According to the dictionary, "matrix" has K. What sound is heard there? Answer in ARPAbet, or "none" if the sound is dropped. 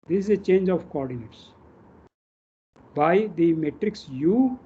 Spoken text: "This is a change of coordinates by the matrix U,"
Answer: K